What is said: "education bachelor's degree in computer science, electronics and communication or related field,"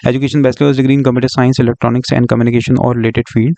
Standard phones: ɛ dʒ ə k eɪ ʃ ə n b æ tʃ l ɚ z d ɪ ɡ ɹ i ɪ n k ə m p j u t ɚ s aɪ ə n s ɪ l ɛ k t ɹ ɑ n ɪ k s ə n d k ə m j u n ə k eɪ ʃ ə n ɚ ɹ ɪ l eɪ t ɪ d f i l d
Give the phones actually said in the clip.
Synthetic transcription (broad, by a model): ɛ dʒ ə k eɪ ʃ ə n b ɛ s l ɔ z d ɪ ɡ ɹ i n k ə m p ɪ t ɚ s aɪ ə n s ɪ l ɛ k t ɹ ɑ n ɪ k s ə n d k ə m j u n ə k eɪ ʃ ə n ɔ ɹ ɪ l eɪ t ɪ d f i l d